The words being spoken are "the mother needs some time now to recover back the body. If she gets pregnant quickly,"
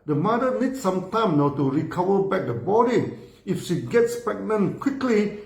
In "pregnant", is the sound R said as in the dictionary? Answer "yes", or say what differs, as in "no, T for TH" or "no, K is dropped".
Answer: no, R is dropped